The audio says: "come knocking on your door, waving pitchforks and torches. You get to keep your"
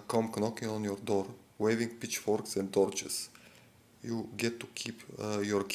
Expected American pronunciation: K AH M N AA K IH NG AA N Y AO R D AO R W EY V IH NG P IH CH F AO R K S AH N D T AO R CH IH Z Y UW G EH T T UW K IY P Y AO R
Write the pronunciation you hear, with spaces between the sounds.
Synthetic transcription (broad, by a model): K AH M N AA K IH NG AA N Y AO R D AO R W EY V IH NG P IH CH F AO R K S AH N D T AO R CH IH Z Y UW G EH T T UW K IY P Y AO R